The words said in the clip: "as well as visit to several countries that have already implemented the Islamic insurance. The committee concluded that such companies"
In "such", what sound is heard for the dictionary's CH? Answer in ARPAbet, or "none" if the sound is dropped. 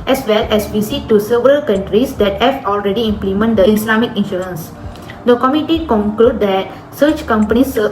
CH